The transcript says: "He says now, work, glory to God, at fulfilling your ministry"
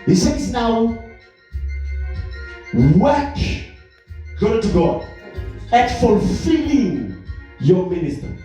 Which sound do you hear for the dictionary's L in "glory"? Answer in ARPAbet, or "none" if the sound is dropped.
none